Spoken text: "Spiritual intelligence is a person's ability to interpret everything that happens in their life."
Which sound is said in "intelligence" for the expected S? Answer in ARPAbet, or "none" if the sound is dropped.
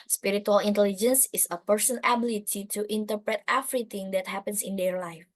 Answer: S